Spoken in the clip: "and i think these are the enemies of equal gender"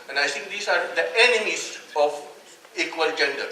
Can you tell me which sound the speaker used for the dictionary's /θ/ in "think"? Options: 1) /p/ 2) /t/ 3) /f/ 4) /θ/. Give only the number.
2